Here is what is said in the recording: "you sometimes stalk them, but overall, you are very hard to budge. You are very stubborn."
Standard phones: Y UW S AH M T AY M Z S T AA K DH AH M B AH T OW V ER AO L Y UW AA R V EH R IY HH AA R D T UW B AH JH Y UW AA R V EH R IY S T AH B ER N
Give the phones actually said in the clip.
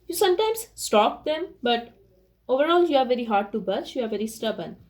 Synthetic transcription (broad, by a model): Y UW S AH M T AY M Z S T AA K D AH M B AH T OW V ER AO L Y UW AA R V EH R IY HH AA R D T UW B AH CH Y UW AA R V EH R IY S T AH B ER N